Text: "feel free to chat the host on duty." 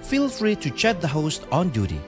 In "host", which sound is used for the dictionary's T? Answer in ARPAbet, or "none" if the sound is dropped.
T